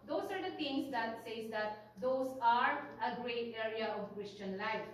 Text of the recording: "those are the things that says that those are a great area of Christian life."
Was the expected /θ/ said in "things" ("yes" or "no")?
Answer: no